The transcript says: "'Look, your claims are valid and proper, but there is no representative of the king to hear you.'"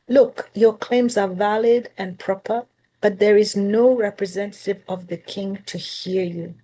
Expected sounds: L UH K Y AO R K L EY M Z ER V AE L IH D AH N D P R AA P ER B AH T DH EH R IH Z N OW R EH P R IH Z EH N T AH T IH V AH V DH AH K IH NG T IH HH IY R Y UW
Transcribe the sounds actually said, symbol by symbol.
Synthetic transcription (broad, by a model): L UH K Y AO R K L EY M Z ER V AE L IH D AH N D P R AA P ER B AH T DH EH R IH Z N OW R EH P R IH Z EH N T AH T IH V AH V DH AH K IH NG T IH HH IY R Y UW